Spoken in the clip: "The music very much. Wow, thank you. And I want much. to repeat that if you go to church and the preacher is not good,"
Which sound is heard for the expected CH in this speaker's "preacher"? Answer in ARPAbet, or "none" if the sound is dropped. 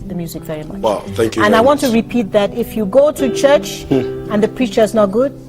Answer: CH